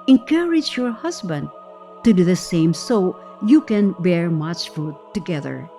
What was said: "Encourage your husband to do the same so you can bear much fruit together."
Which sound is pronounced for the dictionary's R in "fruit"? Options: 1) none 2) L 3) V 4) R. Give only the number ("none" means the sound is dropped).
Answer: 1